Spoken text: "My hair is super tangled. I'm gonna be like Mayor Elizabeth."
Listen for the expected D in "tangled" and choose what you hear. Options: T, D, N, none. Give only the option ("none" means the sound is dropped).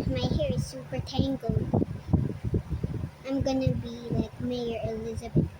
none